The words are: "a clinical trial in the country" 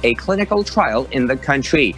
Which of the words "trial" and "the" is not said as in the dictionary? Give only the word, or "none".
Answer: none